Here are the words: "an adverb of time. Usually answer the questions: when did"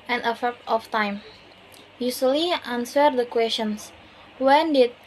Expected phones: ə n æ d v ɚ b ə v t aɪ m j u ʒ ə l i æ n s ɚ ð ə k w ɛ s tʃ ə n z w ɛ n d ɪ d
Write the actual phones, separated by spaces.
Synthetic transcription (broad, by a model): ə n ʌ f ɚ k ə f t aɪ m j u s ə l i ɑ n s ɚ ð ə k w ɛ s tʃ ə n s w ɛ n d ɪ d